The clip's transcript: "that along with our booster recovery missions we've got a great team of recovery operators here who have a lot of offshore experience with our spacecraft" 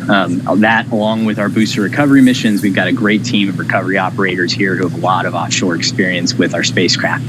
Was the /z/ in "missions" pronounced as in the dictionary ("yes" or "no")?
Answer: yes